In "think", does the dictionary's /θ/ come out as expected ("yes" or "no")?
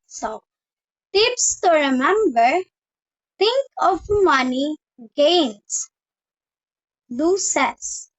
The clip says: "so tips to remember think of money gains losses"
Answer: no